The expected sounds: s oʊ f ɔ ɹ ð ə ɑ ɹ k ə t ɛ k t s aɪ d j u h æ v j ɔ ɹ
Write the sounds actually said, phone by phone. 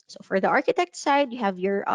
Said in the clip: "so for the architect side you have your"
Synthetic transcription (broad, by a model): s oʊ f ɔ ɹ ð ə ɑ ɹ k ə t ɛ k t s aɪ d j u h æ v j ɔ ɹ